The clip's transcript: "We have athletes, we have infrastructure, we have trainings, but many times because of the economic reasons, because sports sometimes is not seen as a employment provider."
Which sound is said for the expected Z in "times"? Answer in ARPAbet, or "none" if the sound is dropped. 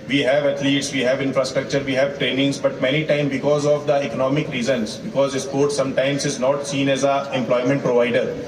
none